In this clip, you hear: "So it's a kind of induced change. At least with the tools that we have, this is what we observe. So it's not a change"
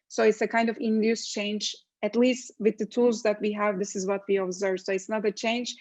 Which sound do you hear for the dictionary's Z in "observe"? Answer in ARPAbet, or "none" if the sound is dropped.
Z